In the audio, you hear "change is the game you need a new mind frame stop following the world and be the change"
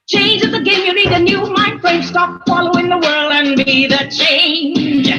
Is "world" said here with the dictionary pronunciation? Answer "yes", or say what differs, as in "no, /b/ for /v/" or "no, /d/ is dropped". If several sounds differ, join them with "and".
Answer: yes